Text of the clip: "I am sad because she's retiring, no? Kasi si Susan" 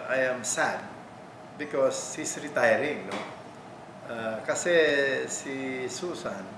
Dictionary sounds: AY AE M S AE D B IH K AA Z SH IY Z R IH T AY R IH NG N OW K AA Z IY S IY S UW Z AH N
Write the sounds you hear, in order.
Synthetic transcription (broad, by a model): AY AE M S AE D B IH K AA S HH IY S R IH T AY R IH NG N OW K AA S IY S IY S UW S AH N